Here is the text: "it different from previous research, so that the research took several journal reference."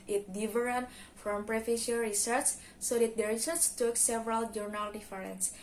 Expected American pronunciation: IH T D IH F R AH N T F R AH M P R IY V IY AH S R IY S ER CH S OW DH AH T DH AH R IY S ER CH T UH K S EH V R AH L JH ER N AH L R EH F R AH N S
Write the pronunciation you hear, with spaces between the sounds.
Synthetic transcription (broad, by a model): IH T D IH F R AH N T F R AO M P R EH F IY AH R IY S ER CH S OW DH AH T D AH R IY S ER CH T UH K S EH V R AH L JH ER N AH L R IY F R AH N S